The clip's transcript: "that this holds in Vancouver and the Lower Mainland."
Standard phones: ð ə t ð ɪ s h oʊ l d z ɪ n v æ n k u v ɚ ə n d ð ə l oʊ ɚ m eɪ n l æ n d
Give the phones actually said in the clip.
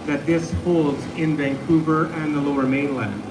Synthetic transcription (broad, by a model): ð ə t ð ɪ s h oʊ l d z ɪ n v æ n k u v ɚ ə n ð ə l oʊ ɚ m eɪ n l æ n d